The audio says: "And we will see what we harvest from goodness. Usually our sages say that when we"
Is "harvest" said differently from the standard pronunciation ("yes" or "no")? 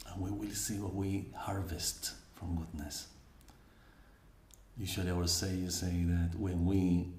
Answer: no